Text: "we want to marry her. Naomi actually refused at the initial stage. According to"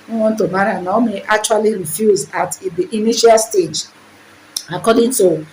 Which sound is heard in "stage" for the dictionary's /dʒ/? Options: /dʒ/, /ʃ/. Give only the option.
/dʒ/